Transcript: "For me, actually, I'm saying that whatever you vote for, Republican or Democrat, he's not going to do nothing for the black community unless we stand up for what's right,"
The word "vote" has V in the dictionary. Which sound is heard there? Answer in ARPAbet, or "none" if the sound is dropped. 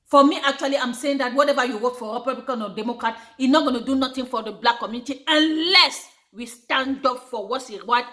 W